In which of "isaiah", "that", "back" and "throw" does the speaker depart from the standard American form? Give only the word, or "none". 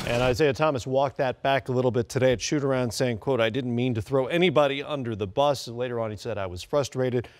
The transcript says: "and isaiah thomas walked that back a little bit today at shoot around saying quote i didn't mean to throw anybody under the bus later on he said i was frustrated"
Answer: none